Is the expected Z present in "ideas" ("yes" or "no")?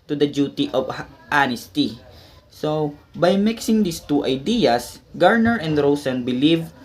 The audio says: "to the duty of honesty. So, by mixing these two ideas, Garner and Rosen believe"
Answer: no